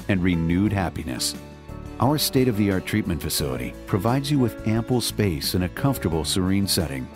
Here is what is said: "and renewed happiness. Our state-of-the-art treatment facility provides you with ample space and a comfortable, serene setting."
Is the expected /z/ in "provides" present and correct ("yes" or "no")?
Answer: yes